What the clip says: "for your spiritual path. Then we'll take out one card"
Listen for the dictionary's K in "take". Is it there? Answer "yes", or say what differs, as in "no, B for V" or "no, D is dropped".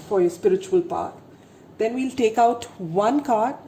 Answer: yes